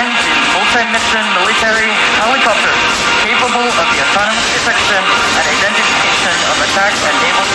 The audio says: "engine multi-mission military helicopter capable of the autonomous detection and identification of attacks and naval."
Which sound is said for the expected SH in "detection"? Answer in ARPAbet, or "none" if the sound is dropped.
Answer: S